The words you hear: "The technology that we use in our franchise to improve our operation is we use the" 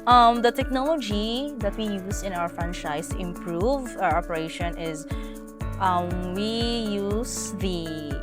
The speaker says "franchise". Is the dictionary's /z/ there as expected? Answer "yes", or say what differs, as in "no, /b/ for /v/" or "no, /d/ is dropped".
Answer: no, /s/ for /z/